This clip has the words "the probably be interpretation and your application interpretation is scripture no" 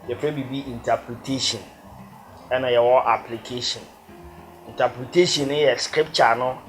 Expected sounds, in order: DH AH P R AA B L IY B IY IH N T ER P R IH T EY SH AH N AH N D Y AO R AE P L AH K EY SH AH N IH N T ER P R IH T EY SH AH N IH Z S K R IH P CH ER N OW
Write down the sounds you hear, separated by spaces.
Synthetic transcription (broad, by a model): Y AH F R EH B IY B IY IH N T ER P R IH T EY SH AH N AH N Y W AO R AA P L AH K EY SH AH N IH N T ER P R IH T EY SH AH N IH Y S K R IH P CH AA N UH